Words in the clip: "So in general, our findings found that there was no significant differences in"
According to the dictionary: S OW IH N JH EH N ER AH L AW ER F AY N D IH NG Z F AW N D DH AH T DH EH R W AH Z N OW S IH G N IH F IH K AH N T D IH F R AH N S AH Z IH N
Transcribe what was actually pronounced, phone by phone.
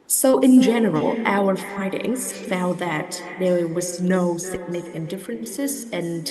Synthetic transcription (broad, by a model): S OW IH N JH EH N ER L AW ER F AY D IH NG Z F AW N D DH AH T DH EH R W AH Z N OW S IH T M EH IH K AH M D IH F R AH N S AH Z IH N